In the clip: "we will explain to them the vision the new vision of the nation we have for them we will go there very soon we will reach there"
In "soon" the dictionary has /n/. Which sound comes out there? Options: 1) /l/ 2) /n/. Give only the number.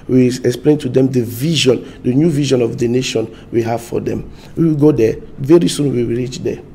2